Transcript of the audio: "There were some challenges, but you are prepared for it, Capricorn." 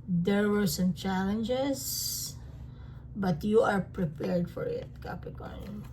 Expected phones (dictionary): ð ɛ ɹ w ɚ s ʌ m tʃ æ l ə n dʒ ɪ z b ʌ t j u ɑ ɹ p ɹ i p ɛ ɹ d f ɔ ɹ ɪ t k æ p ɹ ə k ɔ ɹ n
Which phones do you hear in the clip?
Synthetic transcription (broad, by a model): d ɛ ɹ w ɚ s ʌ m tʃ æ l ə n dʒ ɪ s b ʌ t j u ɑ ɹ p ɹ i p ɛ ɹ d f ɔ ɹ ɪ t k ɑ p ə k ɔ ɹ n